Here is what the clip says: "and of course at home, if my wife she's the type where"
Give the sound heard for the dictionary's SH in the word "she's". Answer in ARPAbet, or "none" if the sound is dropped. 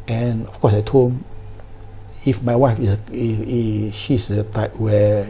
S